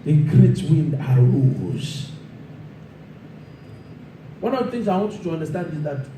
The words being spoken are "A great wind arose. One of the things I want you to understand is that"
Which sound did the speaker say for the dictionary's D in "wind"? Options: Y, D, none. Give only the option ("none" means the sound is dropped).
D